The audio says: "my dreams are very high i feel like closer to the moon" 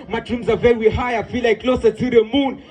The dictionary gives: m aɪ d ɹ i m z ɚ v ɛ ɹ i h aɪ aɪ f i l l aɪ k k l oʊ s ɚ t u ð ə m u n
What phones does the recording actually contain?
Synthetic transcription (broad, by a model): m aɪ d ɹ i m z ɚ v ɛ w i h aɪ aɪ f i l l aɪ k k l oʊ s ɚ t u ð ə m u n